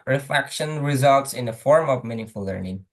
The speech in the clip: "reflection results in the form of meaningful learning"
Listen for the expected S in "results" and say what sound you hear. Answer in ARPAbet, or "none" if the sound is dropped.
S